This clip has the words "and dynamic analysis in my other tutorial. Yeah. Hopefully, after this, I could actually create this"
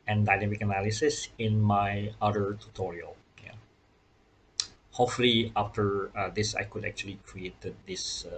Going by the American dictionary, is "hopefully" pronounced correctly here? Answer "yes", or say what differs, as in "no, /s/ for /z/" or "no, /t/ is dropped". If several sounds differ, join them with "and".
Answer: no, /p/ is dropped